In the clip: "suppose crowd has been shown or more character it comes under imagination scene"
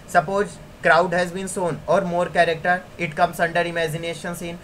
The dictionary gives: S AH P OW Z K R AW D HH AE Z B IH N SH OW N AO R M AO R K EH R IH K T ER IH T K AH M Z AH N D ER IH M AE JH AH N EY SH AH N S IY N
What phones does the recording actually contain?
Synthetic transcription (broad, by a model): S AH P OW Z K R AW D HH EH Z B IH N S OW N AO R M AO R K EH R IH K T ER IH T K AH M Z AH N D ER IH M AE JH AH N EY SH AH N S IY N